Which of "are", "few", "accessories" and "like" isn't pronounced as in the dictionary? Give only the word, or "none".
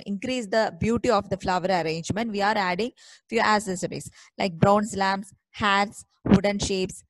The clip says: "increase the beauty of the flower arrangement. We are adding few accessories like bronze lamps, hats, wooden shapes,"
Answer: accessories